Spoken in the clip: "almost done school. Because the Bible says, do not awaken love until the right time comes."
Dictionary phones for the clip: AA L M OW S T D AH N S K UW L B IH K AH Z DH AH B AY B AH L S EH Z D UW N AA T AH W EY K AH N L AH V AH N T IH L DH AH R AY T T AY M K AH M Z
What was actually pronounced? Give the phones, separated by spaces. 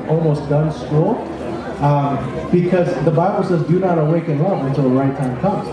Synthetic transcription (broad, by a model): AA L M OW S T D AH N S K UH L B IH K AH Z DH AH B AY B L S EH Z D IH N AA T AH W EY K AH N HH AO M AH N T IH L DH AH R AY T T AY M K AH M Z